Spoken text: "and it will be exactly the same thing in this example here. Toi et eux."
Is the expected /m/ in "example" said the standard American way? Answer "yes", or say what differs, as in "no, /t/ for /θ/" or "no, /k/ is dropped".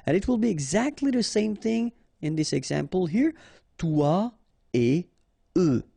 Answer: yes